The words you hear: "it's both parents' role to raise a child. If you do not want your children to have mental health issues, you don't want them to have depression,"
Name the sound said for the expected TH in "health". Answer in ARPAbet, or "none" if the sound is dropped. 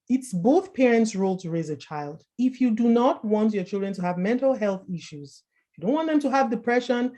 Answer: TH